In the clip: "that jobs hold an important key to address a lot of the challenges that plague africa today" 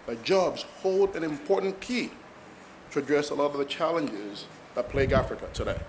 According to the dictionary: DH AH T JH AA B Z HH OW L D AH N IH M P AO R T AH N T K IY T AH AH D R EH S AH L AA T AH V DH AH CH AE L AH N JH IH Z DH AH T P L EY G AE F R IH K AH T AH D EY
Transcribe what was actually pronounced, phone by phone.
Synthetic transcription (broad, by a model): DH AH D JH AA B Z HH OW L D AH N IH M P AO R T N K IY T AH AH D R EH S AH L AA T AH V DH AH CH AE L AH N JH IH Z DH AH T P L EY G AE F R IH K AH T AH D EY